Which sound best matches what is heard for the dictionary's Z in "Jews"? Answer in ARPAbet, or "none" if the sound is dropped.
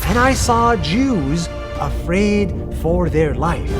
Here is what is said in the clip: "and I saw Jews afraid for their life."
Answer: Z